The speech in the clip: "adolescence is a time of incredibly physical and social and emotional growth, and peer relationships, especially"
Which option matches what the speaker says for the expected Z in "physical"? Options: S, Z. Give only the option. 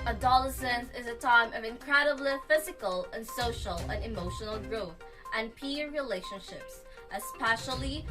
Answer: Z